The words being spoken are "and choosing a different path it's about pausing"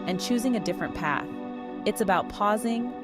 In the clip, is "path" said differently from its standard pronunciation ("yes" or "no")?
no